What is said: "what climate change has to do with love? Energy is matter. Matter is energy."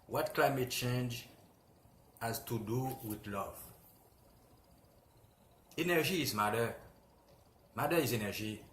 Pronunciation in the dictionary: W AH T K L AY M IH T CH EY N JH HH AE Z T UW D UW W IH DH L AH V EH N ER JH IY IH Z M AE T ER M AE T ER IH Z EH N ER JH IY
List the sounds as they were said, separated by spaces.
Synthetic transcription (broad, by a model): W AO T K L AY M IH T CH EY N JH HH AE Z T UW D UW W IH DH L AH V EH N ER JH IY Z M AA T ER M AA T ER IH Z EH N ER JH IY